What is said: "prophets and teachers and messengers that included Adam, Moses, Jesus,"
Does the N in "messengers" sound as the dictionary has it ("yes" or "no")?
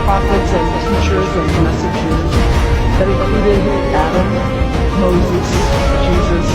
no